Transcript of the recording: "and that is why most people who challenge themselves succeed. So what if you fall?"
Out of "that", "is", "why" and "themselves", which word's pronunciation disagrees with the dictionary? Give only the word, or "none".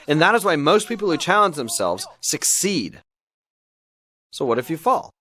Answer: none